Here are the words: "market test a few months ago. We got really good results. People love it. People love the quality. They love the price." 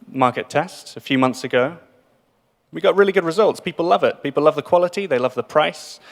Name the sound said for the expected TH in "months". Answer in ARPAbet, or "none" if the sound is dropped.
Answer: TH